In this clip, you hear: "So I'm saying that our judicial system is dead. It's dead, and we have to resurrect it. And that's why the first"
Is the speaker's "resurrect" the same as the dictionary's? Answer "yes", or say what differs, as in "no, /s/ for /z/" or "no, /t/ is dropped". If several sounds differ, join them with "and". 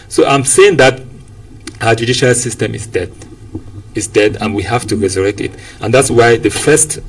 yes